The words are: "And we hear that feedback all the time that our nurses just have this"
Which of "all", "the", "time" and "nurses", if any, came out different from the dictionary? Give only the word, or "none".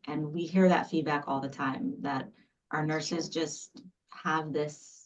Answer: none